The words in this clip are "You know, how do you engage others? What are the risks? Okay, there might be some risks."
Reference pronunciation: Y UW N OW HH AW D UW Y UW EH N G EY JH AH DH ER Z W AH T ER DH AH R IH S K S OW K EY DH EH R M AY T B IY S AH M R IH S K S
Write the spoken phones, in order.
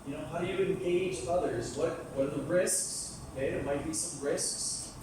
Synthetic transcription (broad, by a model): Y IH N OW HH AW D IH Y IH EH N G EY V AH DH ER Z W AH T ER DH AH R IH S K S OW K EY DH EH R M AY T B IY S AH M R IH S K S